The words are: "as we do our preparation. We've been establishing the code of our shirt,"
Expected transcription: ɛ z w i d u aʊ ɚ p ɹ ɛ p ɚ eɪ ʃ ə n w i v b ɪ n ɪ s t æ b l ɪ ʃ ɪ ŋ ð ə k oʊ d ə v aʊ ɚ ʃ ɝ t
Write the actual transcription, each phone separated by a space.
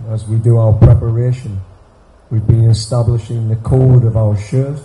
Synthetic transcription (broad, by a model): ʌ z w i d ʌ aʊ ɚ p ɹ ɛ p ɚ eɪ ʃ ə n w i v b ɪ n ɪ s t æ b l ɪ ʃ ɪ ŋ ð ə k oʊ d ə v aʊ ɚ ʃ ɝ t